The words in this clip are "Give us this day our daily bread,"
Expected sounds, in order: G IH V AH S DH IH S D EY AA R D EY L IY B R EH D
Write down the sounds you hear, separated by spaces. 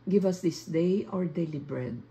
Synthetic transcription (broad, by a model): G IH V AH S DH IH S D EY AA R D EY L IY B R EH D